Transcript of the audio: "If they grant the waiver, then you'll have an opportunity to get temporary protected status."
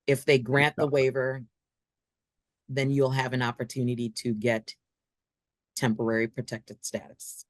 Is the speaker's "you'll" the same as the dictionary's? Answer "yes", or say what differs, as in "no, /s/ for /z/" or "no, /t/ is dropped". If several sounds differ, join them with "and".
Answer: yes